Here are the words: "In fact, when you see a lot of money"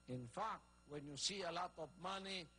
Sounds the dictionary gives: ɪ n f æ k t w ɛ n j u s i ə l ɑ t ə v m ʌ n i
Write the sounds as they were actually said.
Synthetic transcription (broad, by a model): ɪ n f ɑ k w ɛ n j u s i ə l ɑ t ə p m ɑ n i